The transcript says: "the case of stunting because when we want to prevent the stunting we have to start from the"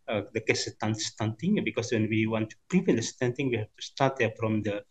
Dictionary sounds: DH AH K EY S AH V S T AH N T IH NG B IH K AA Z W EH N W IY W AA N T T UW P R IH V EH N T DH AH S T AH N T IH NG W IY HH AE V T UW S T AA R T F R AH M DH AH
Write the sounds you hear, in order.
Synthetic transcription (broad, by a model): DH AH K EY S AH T S T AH N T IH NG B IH K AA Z W EH N W IY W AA N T T UW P IH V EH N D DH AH S T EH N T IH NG W IY HH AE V T UW S T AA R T F R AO M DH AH